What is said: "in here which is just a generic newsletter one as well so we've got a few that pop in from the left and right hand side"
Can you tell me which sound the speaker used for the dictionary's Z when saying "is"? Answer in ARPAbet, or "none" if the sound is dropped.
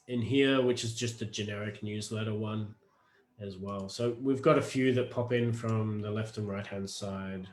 Z